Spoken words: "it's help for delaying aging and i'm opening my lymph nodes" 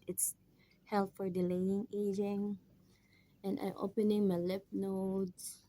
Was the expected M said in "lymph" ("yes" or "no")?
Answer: no